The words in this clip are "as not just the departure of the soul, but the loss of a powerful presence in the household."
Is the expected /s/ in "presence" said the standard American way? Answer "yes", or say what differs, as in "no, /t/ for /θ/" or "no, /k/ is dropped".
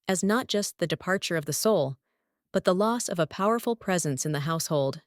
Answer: yes